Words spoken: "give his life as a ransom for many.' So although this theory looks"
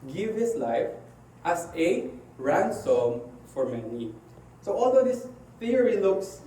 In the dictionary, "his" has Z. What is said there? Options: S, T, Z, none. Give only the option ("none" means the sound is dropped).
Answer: S